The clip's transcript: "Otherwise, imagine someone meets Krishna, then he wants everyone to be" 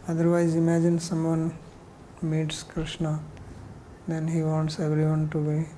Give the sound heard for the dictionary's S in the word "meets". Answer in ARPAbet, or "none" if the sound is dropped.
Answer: S